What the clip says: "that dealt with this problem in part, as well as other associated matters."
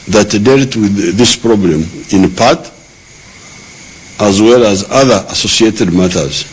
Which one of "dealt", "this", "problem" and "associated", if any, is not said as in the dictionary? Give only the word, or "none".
none